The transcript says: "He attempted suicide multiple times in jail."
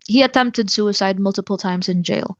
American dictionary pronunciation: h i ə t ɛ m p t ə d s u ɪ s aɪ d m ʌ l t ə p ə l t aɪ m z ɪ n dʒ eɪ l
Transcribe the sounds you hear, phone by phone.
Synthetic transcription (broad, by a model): h i ə t ɛ m p t ə d s u ɪ s aɪ d m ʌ l t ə p l t aɪ m z ɪ n dʒ eɪ l